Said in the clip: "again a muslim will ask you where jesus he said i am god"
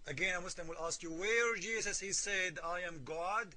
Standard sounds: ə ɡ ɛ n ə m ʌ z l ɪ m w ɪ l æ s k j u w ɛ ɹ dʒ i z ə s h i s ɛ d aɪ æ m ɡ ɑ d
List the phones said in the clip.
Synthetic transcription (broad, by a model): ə ɡ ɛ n ə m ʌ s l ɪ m w ɪ l æ s k j u w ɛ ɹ dʒ i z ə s h i s ɛ d aɪ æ m ɡ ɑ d